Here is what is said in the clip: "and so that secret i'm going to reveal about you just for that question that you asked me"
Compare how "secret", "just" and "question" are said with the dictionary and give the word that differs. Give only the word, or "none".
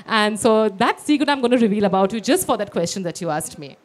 secret